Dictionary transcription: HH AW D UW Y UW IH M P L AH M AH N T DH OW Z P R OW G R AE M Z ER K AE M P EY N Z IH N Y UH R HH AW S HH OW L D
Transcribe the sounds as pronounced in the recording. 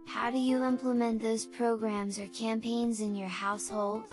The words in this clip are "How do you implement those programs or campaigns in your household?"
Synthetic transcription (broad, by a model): HH AW D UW Y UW IH M P L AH M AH N DH OW Z P R OW G R AE M Z ER K AE M P EY N Z IH N Y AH R HH AW S HH OW L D